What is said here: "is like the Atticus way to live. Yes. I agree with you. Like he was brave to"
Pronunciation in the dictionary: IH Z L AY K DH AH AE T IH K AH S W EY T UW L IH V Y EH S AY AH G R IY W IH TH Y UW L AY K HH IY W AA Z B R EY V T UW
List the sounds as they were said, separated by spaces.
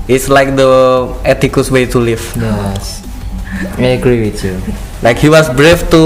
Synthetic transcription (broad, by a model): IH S L AY K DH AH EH T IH K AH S W EY T UW L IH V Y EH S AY AH G R IY W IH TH Y UW L AY K HH IY W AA S B R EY F T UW